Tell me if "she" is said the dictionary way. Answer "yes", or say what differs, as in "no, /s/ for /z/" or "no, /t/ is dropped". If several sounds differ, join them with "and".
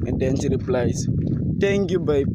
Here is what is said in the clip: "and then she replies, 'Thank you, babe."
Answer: no, /s/ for /ʃ/